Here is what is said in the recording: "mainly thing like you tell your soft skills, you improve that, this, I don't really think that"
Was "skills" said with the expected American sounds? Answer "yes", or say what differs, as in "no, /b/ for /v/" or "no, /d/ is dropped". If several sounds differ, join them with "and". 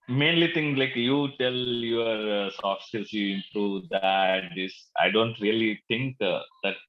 no, /k/ is dropped